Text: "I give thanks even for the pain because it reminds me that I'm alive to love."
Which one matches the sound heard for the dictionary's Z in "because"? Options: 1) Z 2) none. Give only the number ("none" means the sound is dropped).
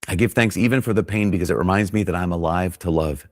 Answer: 1